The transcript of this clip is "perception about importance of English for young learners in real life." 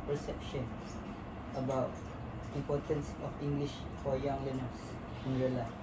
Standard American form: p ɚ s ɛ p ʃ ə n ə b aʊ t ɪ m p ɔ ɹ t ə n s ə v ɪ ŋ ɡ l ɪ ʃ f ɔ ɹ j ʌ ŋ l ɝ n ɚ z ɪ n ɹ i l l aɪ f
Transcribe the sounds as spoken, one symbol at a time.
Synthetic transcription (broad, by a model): p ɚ s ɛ p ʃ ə n ə b aʊ t ɪ m p ɔ ɹ t ə n s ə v ɪ ŋ ɡ l ɪ ʃ f ɔ ɹ j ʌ ŋ l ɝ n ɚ s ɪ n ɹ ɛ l l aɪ